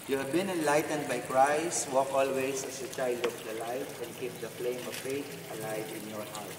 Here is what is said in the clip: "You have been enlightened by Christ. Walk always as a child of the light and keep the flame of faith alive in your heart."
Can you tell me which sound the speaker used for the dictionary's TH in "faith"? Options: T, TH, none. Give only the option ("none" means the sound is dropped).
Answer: T